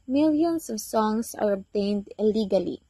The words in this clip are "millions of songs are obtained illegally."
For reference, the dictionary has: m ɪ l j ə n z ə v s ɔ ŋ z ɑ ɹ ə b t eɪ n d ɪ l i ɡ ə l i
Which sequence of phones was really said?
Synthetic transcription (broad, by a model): m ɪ l j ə n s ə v s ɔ ŋ s ɑ ɹ ə b t eɪ n d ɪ l i ɡ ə l i